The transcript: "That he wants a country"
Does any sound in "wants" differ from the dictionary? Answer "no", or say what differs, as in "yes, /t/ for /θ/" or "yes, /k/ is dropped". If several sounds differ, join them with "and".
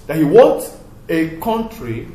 yes, /s/ is dropped